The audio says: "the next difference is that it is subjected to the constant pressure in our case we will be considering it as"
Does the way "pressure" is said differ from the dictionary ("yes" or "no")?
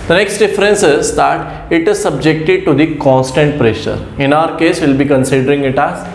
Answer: no